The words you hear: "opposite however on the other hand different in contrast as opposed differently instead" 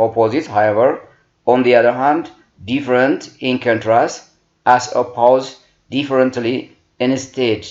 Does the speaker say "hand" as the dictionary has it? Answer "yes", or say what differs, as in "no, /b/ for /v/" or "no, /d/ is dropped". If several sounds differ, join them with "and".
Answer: yes